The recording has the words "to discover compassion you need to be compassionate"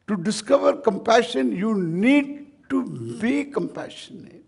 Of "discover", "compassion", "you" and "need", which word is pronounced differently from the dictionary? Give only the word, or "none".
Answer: none